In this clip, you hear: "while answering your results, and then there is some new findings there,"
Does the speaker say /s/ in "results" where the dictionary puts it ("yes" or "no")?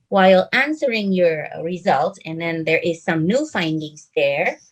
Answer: no